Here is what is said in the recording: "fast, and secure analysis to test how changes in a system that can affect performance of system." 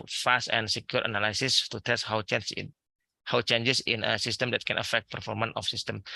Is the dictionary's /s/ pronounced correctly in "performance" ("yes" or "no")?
no